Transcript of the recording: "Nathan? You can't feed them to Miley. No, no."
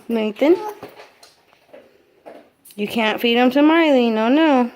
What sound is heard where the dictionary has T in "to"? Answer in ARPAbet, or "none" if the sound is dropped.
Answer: S